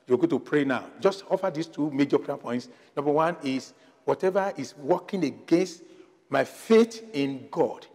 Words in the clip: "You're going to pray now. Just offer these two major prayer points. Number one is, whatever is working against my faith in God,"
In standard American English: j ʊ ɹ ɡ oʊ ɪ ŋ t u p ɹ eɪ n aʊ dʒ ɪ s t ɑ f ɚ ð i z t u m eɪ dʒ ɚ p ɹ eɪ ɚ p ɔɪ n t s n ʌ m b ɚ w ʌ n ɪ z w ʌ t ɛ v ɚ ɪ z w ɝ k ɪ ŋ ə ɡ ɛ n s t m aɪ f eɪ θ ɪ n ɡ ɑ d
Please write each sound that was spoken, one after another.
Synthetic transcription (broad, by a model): j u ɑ ɡ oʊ t u p ɹ eɪ n aʊ dʒ ɪ s t ɑ f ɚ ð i s t u m eɪ dʒ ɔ p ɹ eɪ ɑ p ɔɪ n t s n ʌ m b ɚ w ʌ n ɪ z w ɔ t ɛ v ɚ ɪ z w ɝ k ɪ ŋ ə ɡ ɛ n s t m aɪ f eɪ t ɪ n ɡ ɑ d